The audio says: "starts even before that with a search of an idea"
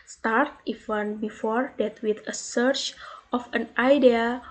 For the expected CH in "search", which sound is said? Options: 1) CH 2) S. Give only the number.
1